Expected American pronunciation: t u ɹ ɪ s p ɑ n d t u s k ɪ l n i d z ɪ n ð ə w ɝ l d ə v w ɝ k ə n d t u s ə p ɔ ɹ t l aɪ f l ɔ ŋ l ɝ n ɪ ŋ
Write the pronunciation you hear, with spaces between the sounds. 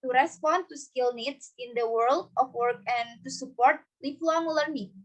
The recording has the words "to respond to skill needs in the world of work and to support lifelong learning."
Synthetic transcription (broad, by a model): t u ɹ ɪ s p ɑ n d t u s k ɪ l n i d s ɪ n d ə w ɝ l d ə f w ɝ k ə n t u s ə p ɔ ɹ t l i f l ɔ ŋ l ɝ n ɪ